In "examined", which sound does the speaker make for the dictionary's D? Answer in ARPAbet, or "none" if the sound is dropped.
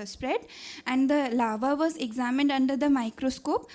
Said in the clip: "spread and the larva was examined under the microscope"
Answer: D